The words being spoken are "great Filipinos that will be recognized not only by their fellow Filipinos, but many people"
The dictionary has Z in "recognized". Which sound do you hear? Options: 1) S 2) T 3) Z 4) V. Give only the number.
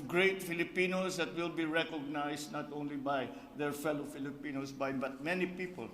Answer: 1